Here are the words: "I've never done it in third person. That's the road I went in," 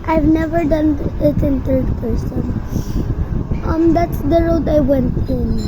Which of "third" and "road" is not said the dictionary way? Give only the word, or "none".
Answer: third